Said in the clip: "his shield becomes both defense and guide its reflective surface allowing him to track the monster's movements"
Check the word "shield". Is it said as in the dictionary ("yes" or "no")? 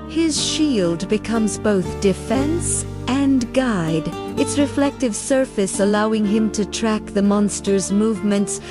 yes